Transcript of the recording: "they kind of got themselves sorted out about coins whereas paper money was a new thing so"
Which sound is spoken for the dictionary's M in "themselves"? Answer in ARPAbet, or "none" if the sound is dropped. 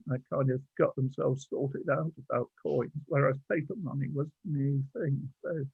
M